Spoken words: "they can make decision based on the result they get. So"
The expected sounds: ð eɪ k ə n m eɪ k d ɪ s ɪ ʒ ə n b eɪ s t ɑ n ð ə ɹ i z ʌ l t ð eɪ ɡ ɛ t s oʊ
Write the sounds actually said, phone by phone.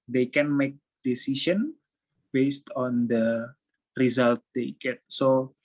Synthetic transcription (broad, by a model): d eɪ k ə n m eɪ k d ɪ s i ʃ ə n b eɪ s t ɑ n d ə ɹ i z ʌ l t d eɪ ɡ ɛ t s oʊ